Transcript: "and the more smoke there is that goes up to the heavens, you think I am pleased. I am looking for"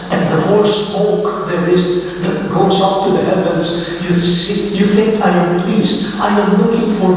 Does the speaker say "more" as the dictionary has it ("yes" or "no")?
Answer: no